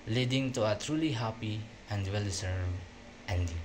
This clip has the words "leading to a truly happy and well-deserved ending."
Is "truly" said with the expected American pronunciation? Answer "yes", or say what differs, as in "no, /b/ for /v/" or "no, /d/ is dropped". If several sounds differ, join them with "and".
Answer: yes